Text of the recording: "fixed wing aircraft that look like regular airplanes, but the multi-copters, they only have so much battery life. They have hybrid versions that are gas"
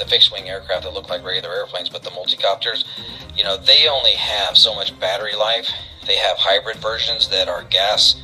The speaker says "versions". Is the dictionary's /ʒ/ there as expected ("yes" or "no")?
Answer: yes